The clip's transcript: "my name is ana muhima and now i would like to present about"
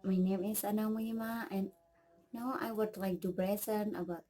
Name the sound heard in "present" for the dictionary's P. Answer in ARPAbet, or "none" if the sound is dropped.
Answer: B